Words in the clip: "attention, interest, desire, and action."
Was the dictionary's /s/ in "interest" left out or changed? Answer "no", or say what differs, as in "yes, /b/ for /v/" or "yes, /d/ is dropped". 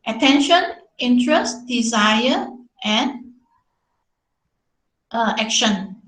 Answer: no